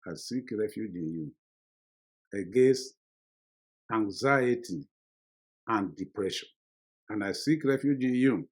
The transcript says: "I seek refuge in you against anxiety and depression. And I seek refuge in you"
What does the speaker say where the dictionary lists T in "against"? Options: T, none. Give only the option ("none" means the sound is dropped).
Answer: T